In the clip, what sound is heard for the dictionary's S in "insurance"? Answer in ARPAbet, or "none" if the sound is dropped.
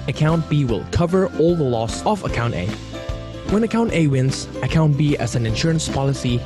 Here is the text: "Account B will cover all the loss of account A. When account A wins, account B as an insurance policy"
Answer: S